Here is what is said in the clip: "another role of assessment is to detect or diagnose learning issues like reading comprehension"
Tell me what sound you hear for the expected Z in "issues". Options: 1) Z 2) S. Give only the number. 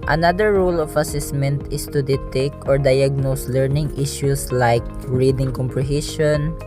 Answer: 2